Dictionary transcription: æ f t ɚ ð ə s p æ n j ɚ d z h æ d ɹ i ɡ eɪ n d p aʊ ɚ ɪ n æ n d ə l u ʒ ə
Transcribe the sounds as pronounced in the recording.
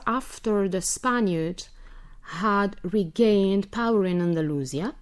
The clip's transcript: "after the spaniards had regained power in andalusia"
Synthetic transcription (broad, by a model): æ f t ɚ ð ə s p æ n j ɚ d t h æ d ɹ i ɡ eɪ n d p aʊ ɚ ɪ n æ n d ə l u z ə